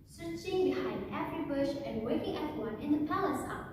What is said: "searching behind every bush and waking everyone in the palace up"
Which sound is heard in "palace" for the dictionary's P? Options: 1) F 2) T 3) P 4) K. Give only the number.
3